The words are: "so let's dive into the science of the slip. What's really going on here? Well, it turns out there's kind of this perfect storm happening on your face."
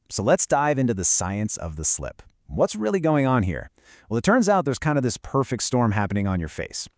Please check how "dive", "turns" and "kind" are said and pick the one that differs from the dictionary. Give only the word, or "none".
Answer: none